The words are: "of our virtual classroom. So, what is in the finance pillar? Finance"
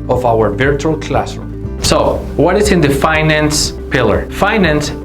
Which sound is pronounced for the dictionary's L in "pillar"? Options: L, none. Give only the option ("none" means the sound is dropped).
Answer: L